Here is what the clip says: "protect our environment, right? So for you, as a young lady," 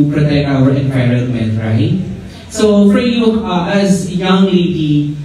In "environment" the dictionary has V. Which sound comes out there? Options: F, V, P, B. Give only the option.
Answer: P